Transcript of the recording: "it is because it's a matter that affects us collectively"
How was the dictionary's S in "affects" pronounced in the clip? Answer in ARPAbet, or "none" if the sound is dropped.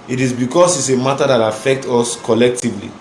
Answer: none